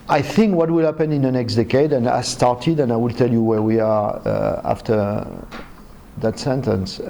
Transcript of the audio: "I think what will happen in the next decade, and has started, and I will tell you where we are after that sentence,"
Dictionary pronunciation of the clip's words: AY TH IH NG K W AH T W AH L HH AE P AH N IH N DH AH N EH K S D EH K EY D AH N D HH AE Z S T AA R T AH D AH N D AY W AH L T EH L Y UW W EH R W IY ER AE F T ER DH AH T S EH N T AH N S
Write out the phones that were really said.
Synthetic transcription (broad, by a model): AY TH IH NG K W AH T W AH L HH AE P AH N IH N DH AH N EH K S D EH K EY D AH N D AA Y S T AA R T AH D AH N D AY W AH L T EH L Y UW W EH R W IY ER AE F T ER DH AH T S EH N T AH N S